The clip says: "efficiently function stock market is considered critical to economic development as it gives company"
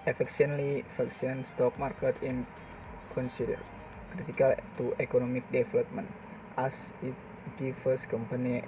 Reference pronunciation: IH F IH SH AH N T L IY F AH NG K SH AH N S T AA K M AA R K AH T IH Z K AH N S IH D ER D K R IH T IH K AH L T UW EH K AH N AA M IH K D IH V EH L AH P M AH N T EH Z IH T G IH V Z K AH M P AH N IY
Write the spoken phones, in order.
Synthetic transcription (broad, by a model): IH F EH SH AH N L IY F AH K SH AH N S T AA K M AA R K AH T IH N K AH N S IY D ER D K R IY T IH K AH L T UW EH K AH N AA M IH K D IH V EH L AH P M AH N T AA S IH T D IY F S K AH M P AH N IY